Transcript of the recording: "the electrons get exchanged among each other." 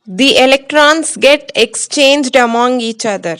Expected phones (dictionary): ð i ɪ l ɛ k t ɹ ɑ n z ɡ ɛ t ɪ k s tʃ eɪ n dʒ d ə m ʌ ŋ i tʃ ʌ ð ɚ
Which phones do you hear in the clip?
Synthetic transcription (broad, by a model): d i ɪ l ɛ k t ɹ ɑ n s ɡ ɛ t ɪ k s tʃ eɪ n dʒ d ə m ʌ ŋ i tʃ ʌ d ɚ